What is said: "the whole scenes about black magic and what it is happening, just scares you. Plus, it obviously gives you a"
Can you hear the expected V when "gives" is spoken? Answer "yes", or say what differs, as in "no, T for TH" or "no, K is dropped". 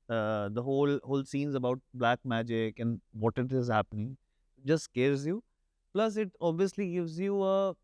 yes